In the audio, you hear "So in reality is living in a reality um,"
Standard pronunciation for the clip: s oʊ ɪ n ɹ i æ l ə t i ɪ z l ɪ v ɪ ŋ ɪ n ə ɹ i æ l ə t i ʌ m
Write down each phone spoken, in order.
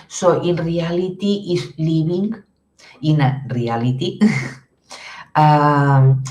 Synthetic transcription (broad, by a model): s oʊ ɪ n ɹ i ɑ l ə t i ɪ s l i b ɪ ŋ ɪ n ə ɹ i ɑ l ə t i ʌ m